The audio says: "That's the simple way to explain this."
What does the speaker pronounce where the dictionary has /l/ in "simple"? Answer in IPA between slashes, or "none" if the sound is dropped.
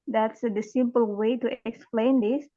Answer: /l/